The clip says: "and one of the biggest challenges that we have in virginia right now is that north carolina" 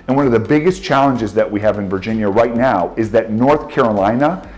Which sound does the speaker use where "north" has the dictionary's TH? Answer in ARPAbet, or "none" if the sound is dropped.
TH